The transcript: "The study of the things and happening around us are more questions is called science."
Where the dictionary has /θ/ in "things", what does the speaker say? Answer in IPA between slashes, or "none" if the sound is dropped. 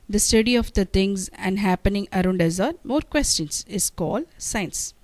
/t/